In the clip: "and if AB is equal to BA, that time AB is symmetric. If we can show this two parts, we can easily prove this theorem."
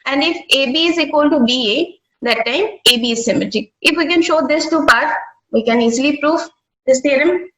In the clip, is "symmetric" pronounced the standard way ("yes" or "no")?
no